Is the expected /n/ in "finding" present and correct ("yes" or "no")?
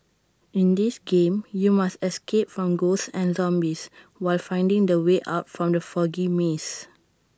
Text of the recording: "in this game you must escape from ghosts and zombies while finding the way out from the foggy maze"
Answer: yes